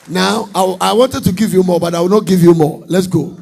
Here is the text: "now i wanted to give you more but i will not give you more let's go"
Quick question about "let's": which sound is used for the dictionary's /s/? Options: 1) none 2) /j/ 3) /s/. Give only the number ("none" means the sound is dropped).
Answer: 3